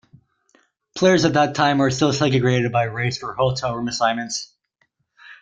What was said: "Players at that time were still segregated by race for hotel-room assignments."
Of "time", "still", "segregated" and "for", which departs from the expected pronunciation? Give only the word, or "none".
segregated